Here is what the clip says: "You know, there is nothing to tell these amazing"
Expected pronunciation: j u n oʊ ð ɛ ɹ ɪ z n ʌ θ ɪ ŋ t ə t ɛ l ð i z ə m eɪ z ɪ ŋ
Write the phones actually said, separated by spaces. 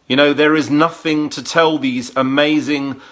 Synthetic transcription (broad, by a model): j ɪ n oʊ ð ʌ ɹ ɪ z n ʌ θ ɪ ŋ t ə t ɛ l ð i z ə m eɪ z ɪ ŋ